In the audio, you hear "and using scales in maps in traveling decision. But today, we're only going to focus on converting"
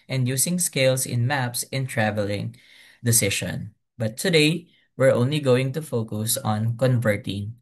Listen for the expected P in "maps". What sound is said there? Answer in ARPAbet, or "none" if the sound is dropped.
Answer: P